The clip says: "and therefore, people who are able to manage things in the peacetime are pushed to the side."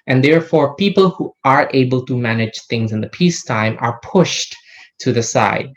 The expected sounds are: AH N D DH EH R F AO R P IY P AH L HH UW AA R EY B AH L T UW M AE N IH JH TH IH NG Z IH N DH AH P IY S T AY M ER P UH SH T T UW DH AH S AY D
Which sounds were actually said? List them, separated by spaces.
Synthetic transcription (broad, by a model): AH N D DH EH R F AO R P IY P AH L HH UW AA R EY B AH L T UW M AE N IH JH TH IH NG Z IH N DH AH P IY S T AY M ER P UH SH T T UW DH AH S AY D